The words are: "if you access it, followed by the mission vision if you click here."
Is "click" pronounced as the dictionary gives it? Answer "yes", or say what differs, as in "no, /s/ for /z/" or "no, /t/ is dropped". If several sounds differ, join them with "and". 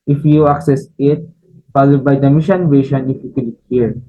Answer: no, /l/ is dropped